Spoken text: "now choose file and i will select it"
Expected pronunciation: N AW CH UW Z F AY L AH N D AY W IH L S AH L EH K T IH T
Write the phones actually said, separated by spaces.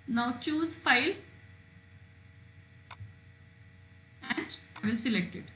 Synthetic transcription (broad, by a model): N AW CH UW Z F AY L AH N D AY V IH L S AH L EH K T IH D